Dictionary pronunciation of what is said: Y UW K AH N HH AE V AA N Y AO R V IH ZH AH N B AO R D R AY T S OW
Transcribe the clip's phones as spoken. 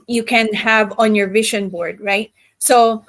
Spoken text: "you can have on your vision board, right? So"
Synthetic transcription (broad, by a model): Y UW K AH N HH AE V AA N Y AO R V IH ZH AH N B AO R D R AY T S OW